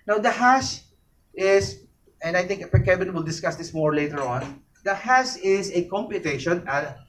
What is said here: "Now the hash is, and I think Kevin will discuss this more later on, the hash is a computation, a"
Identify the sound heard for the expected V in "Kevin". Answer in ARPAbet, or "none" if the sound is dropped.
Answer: B